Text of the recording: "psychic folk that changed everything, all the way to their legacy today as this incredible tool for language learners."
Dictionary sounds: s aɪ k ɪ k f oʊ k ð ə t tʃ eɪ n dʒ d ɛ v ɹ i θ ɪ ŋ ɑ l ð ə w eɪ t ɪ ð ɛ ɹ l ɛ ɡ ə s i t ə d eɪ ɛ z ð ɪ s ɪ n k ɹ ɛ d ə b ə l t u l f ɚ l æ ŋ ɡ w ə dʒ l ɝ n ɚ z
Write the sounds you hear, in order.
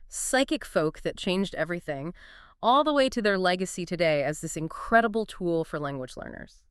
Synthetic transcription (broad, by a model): s aɪ k ɪ k f oʊ k ð ə t tʃ eɪ n dʒ d ɛ v ɹ i θ ɪ ŋ ɑ l ð ə w eɪ t ɪ ð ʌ ɹ l ɛ ɡ ə s i t ə d eɪ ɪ z ð ɪ s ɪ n k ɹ ɛ d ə b l t u l f ɚ l æ ŋ ɡ w ə dʒ l ɝ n ɚ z